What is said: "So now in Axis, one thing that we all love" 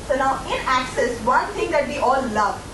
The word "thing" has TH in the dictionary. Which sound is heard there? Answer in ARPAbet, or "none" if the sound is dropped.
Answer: T